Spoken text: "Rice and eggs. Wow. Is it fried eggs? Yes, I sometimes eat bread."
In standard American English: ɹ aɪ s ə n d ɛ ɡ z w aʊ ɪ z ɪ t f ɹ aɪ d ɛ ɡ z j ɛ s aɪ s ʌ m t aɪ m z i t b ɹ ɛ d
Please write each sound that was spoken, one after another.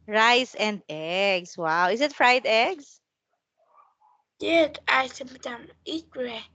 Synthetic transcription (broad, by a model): ɹ aɪ s ə n d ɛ ɡ s w aʊ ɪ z ɪ t f ɹ aɪ d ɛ ɡ s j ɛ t aɪ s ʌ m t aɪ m i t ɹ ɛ